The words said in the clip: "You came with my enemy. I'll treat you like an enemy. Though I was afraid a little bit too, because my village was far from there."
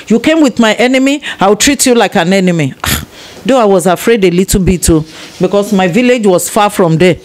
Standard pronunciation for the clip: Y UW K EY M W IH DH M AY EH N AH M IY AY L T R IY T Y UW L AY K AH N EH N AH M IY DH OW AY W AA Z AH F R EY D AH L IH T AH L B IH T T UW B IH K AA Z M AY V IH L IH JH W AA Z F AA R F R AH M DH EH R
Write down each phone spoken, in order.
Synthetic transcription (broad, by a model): Y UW K EY M W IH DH M AY EH N AH M IY AY W T R IY T Y UW L AY K AH N EH N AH M IY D OW AY W AA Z AH F R EY D AH L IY T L B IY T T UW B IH K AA S M AY V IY L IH JH W AA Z F AA F R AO M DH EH